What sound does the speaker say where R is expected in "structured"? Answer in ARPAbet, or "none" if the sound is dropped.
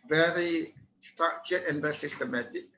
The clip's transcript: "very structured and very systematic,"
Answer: none